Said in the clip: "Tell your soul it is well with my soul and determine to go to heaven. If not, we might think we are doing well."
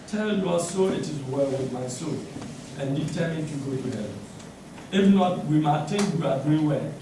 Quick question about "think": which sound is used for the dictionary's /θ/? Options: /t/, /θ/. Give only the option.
/t/